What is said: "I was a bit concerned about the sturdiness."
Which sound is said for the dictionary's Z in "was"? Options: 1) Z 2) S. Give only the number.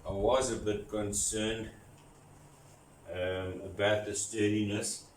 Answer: 1